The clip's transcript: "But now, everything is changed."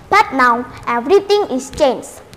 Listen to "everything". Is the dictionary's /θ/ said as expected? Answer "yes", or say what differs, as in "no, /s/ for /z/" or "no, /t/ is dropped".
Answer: no, /t/ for /θ/